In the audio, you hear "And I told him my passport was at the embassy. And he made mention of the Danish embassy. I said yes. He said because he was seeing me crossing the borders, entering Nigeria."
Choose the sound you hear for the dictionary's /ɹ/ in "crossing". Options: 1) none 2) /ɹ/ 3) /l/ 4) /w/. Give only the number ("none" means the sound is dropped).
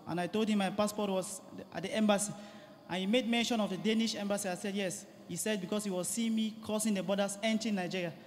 1